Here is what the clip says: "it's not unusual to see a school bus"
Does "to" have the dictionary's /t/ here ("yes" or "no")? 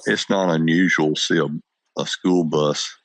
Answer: no